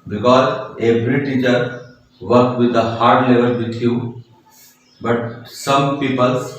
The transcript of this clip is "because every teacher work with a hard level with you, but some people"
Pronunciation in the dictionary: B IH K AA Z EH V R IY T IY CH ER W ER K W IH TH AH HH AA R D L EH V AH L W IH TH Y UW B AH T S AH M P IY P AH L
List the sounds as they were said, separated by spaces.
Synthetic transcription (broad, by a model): B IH K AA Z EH B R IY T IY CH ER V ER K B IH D AH HH AA R D L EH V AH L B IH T Y UW B AH T S AH M P IY P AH L